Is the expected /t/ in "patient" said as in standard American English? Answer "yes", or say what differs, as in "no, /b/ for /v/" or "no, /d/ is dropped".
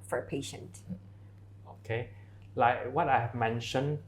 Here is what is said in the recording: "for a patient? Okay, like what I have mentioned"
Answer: yes